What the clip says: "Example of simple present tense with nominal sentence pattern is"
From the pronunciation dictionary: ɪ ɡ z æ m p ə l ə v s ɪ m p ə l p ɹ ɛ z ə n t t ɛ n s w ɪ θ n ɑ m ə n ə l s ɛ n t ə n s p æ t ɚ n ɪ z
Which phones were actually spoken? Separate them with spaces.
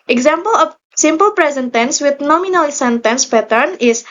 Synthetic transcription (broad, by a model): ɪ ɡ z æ m p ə l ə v s ɪ m p ə l p ɹ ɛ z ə n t t ɛ n s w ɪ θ n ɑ m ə n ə l s ɛ n t ə n s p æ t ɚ n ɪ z